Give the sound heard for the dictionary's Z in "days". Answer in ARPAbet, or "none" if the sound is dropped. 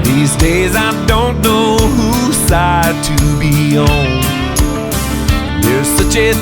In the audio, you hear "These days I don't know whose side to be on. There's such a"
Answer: Z